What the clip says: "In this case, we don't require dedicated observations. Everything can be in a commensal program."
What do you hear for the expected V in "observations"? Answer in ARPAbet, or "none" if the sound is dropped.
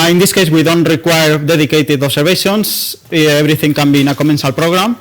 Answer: B